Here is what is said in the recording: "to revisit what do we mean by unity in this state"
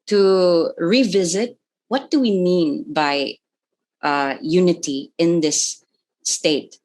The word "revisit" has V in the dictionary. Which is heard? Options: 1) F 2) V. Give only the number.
2